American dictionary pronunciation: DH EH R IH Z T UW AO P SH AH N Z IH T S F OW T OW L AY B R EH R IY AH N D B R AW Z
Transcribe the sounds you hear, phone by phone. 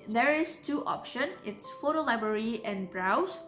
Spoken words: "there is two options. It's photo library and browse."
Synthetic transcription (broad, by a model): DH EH R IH S T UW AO P SH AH N IH T S F OW T OW L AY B R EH R IY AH N B R AW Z